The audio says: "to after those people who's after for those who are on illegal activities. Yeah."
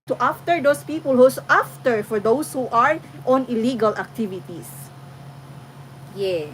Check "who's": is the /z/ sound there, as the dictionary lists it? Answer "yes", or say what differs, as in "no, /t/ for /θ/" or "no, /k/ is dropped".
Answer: no, /s/ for /z/